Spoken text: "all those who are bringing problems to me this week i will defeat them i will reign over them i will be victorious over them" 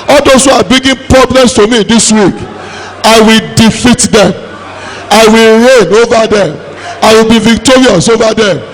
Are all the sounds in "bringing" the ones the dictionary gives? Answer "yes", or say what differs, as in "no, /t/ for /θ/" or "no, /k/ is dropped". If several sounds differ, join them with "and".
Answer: no, /ɹ/ is dropped